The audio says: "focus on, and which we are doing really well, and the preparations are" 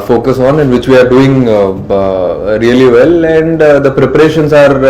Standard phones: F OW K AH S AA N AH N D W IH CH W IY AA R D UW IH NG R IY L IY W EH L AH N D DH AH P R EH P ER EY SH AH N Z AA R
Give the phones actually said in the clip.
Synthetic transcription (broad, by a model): F OW K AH S AA N AH N D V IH CH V IY AA R D UW IH NG R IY L IY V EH L AH N D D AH P R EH P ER EY SH AH N S AA R